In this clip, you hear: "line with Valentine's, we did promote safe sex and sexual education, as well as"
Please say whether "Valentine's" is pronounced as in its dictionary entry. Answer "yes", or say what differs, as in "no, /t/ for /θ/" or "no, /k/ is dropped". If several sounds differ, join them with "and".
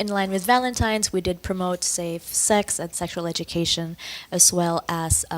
yes